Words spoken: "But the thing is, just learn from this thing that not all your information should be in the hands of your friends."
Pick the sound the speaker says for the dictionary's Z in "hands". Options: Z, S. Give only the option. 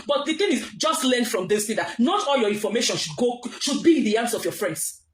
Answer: S